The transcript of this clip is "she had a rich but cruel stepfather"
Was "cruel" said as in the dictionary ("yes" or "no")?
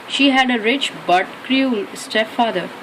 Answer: yes